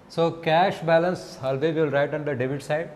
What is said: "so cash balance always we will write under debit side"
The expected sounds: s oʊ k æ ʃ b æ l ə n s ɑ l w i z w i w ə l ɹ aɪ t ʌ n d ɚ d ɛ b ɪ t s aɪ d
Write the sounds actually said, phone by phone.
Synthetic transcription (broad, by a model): s oʊ k æ ʃ b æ l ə n s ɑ l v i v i l ɹ aɪ t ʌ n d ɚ d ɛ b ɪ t s aɪ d